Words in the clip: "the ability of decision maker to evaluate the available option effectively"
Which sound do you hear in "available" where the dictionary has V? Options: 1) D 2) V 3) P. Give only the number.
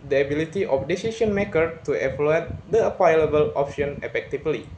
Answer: 3